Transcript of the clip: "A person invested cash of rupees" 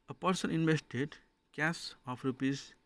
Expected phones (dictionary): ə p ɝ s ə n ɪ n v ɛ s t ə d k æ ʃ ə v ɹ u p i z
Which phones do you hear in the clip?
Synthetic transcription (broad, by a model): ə p ɝ s ə n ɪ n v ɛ s t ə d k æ s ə p ɹ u p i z